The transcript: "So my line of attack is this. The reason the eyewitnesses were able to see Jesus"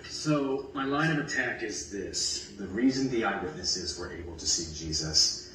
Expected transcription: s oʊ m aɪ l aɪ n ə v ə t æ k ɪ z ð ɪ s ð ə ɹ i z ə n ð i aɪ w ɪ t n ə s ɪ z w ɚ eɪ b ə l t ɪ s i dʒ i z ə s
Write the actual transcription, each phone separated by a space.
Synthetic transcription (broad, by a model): s oʊ m aɪ l aɪ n ə v ə t æ k ɪ z ð ɪ s ð ə ɹ i z ə n ð i aɪ w ɪ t n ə s ɪ z w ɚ eɪ b l t ɪ s i dʒ i z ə s